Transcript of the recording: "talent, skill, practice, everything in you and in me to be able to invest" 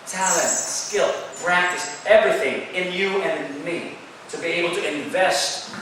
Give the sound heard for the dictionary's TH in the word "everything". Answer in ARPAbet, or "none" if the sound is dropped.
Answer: TH